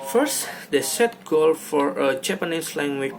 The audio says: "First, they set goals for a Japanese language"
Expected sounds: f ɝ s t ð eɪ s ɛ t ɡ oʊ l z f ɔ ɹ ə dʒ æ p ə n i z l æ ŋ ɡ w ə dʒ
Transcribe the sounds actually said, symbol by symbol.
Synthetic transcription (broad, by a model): f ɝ s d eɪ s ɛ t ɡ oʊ l f ɔ ɹ ə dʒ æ p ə n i s l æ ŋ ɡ w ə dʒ